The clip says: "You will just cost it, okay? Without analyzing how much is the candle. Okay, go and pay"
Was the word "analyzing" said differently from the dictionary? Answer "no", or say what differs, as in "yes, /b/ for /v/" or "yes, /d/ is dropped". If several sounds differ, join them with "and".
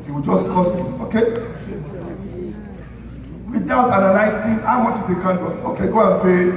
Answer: yes, /s/ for /z/